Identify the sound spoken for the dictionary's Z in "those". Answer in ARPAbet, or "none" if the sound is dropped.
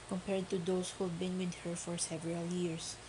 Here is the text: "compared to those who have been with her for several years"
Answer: S